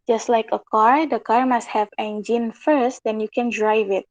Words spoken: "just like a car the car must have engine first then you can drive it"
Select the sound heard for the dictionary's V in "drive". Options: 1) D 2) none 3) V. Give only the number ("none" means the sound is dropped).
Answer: 3